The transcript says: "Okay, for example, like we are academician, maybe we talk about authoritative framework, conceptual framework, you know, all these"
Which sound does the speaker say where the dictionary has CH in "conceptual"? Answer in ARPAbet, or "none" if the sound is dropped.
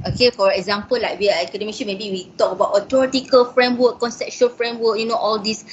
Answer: SH